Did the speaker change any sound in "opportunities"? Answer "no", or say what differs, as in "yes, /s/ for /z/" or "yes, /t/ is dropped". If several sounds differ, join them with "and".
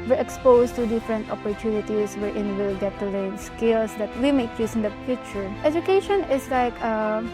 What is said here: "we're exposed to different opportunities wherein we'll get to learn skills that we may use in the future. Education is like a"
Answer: yes, /s/ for /z/